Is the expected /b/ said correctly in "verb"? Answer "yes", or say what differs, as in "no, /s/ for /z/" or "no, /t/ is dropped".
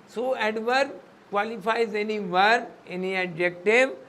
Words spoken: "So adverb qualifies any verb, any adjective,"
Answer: no, /b/ is dropped